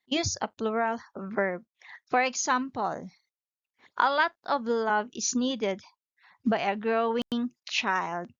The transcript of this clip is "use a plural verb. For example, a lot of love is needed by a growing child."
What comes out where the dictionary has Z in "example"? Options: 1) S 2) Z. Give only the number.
1